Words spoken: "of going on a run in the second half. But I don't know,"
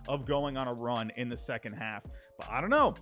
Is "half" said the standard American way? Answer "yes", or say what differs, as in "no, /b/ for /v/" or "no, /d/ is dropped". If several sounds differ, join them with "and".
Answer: yes